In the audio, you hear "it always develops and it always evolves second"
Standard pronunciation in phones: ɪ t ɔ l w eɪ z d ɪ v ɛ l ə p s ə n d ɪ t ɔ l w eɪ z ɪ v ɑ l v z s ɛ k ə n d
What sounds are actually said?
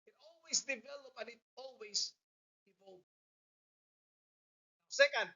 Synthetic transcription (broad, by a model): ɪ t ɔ l w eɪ s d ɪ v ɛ l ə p ə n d ɪ t ɔ l w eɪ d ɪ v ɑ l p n s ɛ k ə n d